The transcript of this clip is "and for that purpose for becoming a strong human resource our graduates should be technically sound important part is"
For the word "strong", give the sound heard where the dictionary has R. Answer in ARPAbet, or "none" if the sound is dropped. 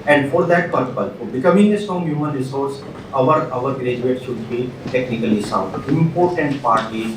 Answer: none